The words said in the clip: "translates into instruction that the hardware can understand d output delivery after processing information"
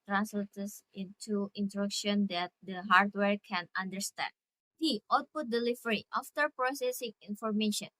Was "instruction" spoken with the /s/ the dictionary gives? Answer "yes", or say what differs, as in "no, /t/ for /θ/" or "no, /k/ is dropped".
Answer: no, /s/ is dropped